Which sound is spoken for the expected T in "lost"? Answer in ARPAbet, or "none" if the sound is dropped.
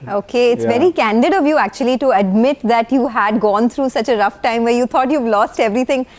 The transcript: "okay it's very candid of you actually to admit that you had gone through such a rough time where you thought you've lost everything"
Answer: T